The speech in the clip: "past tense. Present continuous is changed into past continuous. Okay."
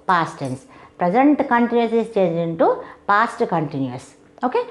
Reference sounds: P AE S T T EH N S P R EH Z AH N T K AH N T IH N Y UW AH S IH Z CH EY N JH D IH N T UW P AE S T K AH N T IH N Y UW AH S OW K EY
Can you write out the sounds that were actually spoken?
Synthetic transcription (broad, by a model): P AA S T T EH N S P R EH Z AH N T K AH N T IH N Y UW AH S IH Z CH EY N JH IH N T UW P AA S T K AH N T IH N Y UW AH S OW K EY